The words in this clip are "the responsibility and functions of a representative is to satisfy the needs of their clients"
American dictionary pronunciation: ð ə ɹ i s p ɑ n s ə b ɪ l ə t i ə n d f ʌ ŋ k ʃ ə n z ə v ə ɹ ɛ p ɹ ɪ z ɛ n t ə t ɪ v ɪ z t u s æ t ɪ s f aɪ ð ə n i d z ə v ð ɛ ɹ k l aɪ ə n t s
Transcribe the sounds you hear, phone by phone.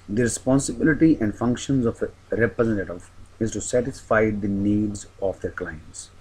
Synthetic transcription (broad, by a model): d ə ɹ i s p ɑ n s ə b ɪ l ə t i ə n d f ʌ ŋ k ʃ ə n z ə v ɹ ɛ p ɹ ɪ z ɛ n t ə t ɪ v ɪ z t u s æ t ɪ s f aɪ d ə n i d z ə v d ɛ ɹ k l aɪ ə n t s